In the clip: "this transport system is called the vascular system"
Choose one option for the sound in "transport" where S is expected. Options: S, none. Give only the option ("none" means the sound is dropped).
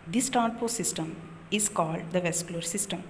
none